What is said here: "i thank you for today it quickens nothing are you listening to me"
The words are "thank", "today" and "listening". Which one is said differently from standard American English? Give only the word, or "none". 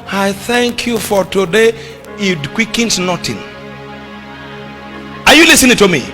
none